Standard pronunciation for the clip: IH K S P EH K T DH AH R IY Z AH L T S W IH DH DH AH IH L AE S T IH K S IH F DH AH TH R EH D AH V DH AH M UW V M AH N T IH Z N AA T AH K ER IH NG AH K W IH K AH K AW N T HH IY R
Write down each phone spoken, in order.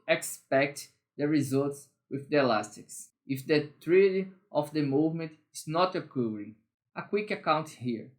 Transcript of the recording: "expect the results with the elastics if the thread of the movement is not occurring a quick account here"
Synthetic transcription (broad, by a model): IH K S P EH K T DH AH R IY Z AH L T S W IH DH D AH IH L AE S T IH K S IH F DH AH T R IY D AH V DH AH M UW V M AH N T IH Z N AA T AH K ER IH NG AH K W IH K AH K AW N T HH IY R